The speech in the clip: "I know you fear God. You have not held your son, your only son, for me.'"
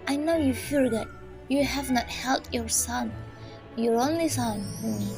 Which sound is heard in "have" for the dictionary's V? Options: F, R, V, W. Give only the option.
V